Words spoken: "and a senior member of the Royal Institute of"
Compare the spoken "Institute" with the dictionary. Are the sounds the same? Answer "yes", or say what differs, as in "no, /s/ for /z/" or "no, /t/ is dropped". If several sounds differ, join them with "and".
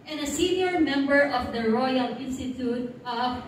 yes